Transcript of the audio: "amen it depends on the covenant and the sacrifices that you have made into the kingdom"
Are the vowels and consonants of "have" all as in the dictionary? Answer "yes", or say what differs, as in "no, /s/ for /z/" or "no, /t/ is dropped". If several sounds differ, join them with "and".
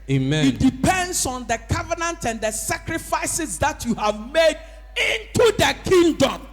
yes